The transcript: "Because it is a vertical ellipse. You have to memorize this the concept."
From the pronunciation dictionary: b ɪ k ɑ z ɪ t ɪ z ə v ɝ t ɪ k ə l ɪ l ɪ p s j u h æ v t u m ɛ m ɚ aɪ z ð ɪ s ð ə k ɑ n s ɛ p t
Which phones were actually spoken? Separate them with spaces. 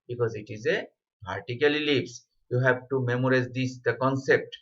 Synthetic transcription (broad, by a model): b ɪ k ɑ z ɪ t ɪ z ə p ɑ t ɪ k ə l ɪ l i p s j u h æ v t u m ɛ m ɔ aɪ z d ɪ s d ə k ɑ n s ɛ p t